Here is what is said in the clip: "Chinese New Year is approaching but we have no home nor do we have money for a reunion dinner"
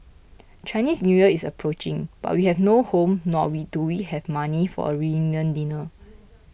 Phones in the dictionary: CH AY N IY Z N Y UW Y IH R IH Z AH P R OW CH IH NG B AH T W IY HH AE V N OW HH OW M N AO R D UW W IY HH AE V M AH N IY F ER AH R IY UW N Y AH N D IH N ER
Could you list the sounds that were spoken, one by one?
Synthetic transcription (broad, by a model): CH AY N IY S N Y UW Y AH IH S AH P R OW CH IH NG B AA T W IY HH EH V N OW HH OW M N AO W D UW W IY HH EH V M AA N IY F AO AH R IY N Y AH N D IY N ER